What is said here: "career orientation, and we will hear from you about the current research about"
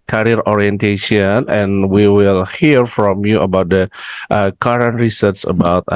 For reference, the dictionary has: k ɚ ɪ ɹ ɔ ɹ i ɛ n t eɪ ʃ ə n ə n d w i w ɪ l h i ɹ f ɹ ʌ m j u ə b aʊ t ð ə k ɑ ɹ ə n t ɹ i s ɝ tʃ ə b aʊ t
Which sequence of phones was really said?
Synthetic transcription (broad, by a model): k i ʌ ɹ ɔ ɹ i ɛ n t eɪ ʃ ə n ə n w i w ɪ l h i ɹ f ɹ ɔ m j u ə b aʊ t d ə k ɑ ɹ ə n t ɹ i s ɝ s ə b aʊ t